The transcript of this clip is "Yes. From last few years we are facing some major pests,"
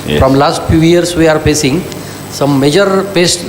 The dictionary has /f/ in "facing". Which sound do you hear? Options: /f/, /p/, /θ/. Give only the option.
/p/